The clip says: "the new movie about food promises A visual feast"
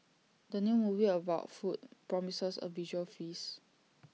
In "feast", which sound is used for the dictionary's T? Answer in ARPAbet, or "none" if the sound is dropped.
none